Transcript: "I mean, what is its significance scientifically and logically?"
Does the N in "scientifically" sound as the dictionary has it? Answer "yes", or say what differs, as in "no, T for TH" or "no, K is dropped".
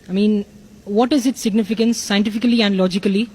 yes